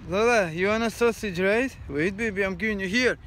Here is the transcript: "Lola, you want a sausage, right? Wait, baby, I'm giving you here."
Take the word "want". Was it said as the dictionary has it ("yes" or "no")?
no